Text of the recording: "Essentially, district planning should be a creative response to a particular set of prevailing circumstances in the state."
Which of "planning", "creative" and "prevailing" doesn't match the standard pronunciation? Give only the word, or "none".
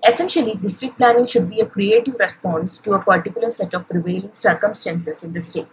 none